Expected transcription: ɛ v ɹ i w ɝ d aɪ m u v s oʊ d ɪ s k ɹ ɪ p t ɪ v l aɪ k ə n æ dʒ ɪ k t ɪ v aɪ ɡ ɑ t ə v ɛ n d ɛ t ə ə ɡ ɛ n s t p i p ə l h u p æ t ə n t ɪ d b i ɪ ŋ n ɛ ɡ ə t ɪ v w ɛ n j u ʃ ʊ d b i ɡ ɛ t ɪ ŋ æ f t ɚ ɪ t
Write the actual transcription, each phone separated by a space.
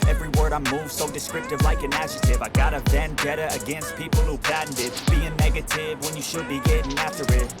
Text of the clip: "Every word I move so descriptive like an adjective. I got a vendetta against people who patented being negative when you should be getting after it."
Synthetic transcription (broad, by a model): ɛ v ɹ i w ɝ d aɪ m u v s oʊ d ɪ s k ɹ ɪ p t ɪ v l aɪ k ə n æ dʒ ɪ t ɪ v aɪ ɡ ɑ t ə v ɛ n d ɛ t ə ə ɡ ɛ n s t p i p l h u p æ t n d ɪ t b i ɪ ŋ n ɛ ɡ ə t ɪ v w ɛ n j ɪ ʃ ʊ d b i ɡ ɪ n æ f t ɚ ɪ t